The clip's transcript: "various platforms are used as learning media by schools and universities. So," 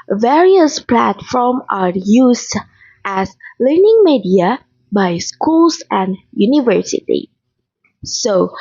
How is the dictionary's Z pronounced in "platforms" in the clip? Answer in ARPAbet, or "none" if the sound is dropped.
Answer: none